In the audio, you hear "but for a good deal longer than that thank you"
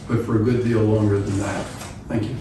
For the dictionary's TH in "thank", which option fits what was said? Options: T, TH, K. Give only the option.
TH